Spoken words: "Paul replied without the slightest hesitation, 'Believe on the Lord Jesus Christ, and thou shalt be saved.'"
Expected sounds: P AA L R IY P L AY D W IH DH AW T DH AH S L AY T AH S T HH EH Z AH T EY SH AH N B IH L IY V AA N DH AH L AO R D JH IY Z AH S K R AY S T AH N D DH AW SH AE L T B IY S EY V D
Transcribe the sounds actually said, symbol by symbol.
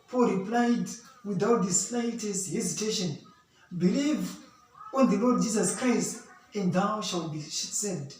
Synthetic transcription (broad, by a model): P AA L R IY P L AY D W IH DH AW T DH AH S L AY T AH S T HH EH Z AH T EY SH AH N B IH L IY V AA N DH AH L AO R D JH IY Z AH S K R AY S T AH N D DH AW SH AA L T B IY S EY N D